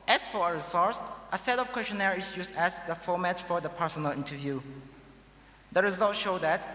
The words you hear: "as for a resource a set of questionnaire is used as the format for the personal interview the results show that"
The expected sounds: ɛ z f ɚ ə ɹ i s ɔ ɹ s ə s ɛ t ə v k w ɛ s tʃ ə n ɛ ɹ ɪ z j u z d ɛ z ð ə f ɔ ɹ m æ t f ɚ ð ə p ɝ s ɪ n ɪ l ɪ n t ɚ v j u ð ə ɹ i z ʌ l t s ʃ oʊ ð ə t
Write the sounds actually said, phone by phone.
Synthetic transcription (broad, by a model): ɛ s f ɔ ə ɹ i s ɔ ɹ s ə s ɛ t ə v k w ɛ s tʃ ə n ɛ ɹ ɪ s j u s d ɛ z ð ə f ɔ m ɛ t f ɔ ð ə p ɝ s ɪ n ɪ l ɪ n t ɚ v j u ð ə ɹ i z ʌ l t ʃ oʊ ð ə t